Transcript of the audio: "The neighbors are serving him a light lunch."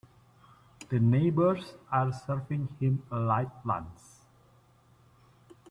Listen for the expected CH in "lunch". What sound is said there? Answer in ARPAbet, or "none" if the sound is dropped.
S